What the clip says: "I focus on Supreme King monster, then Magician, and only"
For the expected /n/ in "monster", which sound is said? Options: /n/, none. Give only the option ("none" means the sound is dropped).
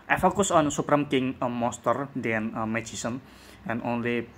none